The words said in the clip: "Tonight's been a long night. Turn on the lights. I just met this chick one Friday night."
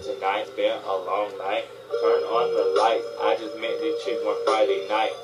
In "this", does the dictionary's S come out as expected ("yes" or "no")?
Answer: no